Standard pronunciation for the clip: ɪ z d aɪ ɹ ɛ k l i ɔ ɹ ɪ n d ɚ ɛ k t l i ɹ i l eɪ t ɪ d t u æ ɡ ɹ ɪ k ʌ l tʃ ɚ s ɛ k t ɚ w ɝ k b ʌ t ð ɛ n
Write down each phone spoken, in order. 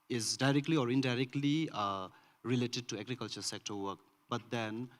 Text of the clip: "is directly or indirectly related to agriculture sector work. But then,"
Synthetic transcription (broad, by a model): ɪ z d aɪ ɹ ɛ k l i ɔ ɹ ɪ n d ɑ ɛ k t l i ɹ i l eɪ t ɪ d t u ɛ ɡ ɹ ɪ k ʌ l tʃ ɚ s ɛ k t ɚ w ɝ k b ʌ t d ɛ n